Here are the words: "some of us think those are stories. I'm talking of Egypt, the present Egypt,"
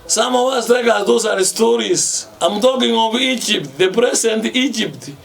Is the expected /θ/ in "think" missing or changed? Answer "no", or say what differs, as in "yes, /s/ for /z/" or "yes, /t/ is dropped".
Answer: yes, /t/ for /θ/